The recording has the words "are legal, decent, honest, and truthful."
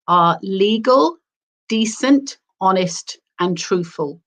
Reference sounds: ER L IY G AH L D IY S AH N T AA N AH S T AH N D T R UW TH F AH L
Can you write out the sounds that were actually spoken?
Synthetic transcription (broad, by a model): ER L IY G AH L D IY S AH N T AA N AH S T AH N T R UW TH F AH L